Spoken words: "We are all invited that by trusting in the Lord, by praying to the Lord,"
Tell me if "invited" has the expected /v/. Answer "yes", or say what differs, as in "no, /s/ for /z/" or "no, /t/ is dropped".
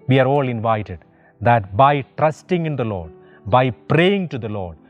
yes